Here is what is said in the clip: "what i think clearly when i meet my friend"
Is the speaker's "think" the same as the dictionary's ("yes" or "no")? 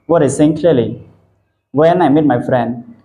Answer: no